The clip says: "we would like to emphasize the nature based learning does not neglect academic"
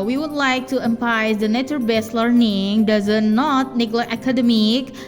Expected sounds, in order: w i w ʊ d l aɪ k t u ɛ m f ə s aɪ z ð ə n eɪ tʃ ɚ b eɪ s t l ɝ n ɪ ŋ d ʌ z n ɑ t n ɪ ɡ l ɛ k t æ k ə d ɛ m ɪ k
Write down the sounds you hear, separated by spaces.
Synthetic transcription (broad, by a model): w i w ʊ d l aɪ k t u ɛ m p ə ɪ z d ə n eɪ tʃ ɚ b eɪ s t l ɝ n ɪ ŋ d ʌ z n ɑ t n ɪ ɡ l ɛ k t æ k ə d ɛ m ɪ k